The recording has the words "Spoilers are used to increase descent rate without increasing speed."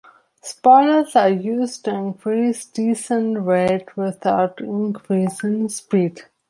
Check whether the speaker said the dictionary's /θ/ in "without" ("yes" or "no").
no